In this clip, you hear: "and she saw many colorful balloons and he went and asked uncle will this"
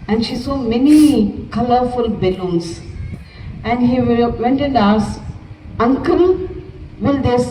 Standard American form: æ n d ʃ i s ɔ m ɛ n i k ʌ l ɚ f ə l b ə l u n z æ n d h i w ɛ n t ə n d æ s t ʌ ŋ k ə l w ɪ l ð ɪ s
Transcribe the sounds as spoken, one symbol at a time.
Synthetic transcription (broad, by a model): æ n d ʃ i s ɔ m ɛ n i k ʌ l ɚ f ə l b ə l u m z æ n d h i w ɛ n t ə n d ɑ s ʌ ŋ k ə l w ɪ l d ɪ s